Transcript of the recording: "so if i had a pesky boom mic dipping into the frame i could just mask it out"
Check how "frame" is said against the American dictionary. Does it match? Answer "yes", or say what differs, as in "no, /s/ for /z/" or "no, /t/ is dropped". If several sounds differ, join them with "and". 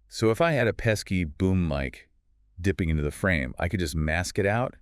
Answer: yes